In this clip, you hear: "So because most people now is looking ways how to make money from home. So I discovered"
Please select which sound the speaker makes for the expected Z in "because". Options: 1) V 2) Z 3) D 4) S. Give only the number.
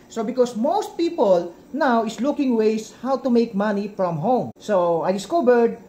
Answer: 4